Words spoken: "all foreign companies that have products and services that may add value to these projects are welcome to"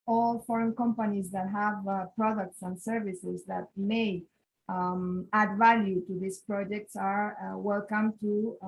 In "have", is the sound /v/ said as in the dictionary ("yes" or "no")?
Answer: yes